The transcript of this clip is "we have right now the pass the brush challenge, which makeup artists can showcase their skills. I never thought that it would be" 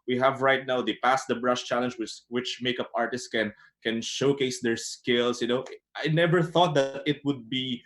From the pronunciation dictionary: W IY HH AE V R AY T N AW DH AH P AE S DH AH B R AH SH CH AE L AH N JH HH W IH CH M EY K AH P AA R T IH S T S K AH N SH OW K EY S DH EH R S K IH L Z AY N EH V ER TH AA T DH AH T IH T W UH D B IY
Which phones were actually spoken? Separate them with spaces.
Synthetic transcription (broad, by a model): W IY HH AE V R AY T N AW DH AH P AE S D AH B R AH SH CH AE L AH N JH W W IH CH M EY K AH P AA R T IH S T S K AH N SH OW K EY S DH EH R S K IH L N AY N EH V ER TH AA T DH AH T IH T W UH D B IY